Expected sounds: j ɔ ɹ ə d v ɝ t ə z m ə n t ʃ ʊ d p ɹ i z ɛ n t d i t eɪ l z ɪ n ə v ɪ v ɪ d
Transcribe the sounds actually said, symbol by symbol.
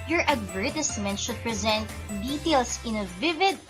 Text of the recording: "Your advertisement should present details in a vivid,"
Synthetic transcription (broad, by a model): j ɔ ɹ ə d v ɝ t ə s m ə n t ʃ ʊ d p ɹ i z ɛ n t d i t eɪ l s ɪ n ə v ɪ v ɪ d